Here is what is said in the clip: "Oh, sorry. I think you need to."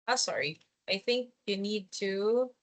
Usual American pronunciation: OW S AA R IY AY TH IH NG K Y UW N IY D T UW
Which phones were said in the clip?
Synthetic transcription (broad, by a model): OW S AA R IY AY TH IH NG K Y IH N IY D T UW